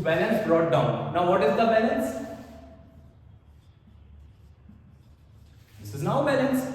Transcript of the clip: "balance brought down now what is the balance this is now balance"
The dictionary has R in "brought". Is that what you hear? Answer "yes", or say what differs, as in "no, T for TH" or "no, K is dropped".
yes